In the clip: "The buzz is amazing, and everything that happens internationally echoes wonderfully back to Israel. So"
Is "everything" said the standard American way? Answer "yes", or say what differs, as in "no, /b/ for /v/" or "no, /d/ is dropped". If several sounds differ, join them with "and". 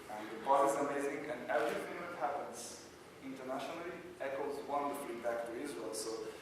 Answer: no, /f/ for /θ/